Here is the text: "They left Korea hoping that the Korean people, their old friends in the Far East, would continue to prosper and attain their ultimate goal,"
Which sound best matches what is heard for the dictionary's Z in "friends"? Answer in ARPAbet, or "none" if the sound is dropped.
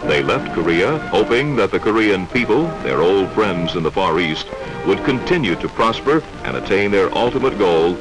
Z